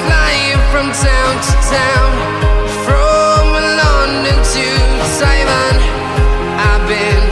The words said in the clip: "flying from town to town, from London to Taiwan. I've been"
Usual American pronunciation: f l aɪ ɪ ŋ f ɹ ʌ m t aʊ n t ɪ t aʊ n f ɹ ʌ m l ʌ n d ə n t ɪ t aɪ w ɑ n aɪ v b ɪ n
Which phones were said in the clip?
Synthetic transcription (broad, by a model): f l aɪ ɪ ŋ f ɹ ʌ m t aʊ n t ɪ t aʊ n f ɹ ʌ m l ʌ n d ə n t ɪ s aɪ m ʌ n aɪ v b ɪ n